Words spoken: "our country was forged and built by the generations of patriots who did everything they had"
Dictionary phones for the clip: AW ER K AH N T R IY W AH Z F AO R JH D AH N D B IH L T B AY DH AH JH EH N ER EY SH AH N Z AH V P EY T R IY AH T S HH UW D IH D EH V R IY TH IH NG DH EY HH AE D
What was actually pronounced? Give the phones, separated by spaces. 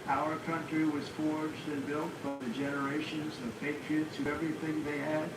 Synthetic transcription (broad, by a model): AW ER K AH N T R IY W AH Z F AO R JH D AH N B IH L T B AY DH AH JH EH N ER EY SH AH N Z AH V P EY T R IY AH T S HH UW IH EH V R IY TH IH NG DH EY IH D